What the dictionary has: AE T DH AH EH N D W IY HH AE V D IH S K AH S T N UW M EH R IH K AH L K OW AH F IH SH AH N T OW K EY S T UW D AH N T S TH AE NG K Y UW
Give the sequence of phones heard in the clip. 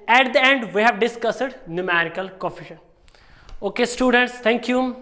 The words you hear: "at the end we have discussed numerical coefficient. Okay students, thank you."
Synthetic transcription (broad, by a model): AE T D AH EH N D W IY HH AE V D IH S K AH S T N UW M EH R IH K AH L K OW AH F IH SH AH N OW K EY S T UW D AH N T S T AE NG K Y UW